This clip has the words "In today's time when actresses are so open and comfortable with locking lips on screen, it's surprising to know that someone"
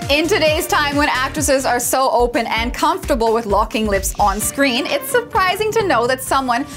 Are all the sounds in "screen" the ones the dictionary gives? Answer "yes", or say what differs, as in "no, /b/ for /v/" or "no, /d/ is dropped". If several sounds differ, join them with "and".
yes